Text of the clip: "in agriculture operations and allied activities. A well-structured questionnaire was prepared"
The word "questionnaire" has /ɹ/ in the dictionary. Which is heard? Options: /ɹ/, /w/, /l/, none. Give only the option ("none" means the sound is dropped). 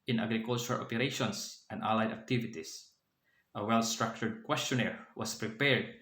/ɹ/